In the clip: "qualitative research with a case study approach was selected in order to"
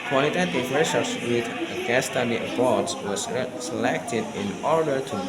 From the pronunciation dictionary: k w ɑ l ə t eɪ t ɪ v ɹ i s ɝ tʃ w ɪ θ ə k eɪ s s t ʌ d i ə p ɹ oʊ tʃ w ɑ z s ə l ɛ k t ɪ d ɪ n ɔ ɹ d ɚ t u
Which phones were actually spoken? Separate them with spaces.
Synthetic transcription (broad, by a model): k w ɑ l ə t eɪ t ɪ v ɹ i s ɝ s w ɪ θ ə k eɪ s s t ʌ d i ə b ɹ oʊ s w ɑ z s ə l ɛ k t ɪ d ɪ n ɔ ɹ d ɚ t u